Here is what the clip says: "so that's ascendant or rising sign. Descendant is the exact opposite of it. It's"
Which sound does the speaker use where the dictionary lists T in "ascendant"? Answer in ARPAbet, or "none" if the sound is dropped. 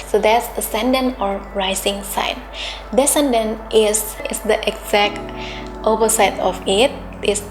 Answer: none